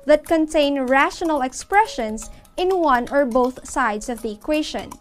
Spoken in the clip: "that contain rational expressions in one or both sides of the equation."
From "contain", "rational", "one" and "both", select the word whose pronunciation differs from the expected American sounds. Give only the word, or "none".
none